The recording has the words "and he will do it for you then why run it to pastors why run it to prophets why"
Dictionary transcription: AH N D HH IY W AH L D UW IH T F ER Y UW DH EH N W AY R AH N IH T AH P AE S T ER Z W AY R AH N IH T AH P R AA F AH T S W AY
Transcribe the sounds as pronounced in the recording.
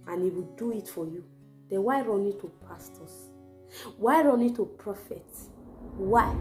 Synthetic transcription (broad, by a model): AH N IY W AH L D UW IH T F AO Y UW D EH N W AY R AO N IH T AH P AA S T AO S W AY R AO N IH T AH P R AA F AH T W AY